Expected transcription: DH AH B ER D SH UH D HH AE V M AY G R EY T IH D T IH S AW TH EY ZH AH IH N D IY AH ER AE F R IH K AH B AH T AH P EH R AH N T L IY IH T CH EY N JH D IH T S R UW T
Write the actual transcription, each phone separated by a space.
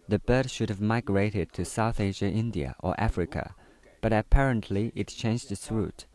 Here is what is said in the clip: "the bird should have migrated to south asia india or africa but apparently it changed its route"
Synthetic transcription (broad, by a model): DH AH B ER D SH UH D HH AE V M AY G R EY T IH D T IH S AW TH EY ZH AH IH N D IY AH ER AE F R IH K AH B AH T AH P EH R AH N T L IY IH T CH EY N JH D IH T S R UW T